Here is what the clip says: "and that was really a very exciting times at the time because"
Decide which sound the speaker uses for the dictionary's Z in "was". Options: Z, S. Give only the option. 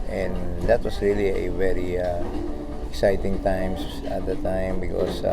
S